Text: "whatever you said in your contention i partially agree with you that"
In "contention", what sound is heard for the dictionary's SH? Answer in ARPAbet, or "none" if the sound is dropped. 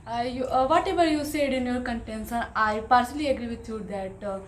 S